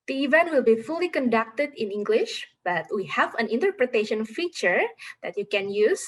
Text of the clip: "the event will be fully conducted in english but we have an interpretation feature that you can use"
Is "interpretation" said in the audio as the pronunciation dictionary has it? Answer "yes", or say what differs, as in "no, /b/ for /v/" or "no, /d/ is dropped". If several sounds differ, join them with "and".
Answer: yes